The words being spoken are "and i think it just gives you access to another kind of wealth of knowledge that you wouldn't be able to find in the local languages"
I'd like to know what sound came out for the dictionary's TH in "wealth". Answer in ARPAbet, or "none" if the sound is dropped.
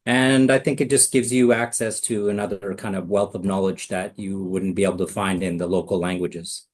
TH